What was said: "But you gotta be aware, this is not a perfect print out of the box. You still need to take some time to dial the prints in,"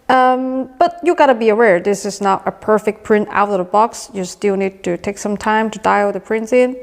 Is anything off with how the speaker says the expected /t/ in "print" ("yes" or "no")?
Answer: no